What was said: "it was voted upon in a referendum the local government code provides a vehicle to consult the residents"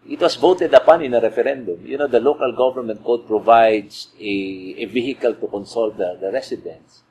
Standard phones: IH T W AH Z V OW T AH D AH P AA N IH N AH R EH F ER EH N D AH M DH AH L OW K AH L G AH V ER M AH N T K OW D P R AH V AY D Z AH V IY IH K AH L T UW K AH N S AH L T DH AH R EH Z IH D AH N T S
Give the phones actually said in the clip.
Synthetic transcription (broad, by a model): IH T W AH S V OW T AH D AH P AA N IH N AH R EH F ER EH N D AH M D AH L OW K AH L G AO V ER M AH N T K OW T P R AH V AY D S AH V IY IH K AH L T UW K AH N S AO L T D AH R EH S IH D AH N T S